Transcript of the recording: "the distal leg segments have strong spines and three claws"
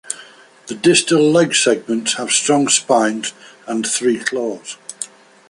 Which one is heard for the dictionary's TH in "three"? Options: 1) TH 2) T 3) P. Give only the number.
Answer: 1